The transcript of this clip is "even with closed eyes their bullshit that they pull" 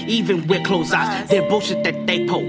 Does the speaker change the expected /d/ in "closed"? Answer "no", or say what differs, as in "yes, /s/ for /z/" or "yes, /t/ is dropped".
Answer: yes, /d/ is dropped